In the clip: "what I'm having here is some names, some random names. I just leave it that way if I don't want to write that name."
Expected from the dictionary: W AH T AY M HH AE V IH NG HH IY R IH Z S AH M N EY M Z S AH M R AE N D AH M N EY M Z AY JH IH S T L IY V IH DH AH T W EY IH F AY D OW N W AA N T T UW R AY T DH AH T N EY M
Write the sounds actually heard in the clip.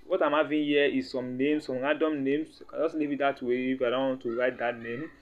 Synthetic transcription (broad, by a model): W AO T AY M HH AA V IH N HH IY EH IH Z S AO M N EY M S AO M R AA D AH M N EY M S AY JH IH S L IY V IH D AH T W EY IH F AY D OW N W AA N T T UW R AY T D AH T N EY M